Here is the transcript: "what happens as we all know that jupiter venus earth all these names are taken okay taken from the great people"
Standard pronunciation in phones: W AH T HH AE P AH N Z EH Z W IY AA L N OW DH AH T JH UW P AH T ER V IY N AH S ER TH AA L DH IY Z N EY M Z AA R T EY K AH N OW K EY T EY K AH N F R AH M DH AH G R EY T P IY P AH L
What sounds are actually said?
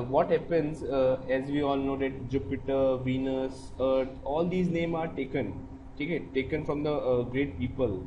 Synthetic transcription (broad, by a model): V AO T HH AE P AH N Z EH Z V IY AA L N OW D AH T JH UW P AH T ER V IY N AH S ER T AA L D IY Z N EY M AA R T EY K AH N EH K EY T EY K AH N F R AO M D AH G R EY T P IY P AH L